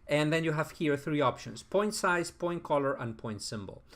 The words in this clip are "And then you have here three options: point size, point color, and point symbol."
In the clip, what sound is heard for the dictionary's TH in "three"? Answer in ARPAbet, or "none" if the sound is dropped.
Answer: TH